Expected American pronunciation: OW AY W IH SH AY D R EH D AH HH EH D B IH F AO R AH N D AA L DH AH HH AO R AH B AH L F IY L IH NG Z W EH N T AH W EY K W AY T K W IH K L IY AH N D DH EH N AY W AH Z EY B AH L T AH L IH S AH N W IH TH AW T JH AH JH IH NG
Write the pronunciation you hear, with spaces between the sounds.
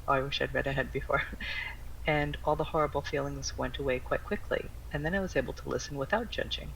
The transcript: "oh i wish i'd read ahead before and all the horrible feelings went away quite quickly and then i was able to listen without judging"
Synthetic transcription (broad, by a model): AY W IH SH AY D R EH D AH HH EH D B IH F AO R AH N AA L DH AH HH AO R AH B L F IY L IH NG Z W EH N T AH W EY K W AY T K W IH K L IY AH N DH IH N AY W AH Z EY B L T AH L IH S N W IH TH AW T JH AH JH IH NG